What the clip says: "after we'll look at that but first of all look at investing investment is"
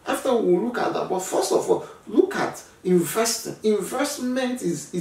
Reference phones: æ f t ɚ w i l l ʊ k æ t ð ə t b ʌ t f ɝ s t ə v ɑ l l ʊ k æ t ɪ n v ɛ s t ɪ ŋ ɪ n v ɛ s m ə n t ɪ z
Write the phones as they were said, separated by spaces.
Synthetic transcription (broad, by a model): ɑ f t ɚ w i w l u k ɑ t ð ə t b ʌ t f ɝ s t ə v ɑ l l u k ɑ t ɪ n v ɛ s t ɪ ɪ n v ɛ s m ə n t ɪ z